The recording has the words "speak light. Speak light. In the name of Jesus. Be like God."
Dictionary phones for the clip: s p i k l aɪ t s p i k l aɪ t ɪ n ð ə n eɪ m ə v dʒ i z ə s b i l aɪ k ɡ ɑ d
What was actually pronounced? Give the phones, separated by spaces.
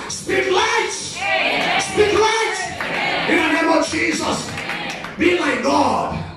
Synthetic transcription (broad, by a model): s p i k l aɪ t s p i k l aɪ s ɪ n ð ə n eɪ m ə v dʒ i z ə s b i l aɪ k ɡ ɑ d